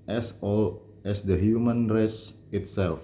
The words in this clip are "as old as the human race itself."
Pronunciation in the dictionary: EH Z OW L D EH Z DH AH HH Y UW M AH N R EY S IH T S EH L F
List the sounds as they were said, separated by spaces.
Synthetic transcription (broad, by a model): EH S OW L EH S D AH HH Y UW M AH N R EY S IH T S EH L F